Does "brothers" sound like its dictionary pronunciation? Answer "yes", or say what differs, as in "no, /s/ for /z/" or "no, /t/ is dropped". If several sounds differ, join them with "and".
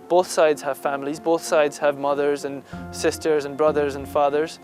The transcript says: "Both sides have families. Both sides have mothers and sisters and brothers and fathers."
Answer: yes